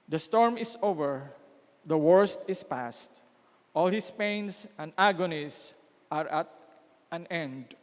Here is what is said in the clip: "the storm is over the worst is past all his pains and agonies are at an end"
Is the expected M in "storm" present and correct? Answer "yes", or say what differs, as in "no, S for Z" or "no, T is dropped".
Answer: yes